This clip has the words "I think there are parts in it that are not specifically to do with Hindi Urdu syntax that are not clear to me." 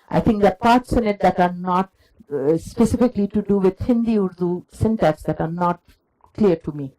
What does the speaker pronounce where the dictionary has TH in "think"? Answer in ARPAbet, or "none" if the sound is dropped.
T